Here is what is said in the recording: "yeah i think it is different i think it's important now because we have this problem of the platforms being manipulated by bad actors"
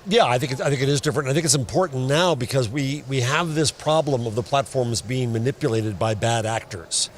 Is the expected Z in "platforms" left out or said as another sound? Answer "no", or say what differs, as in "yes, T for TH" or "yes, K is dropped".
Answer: no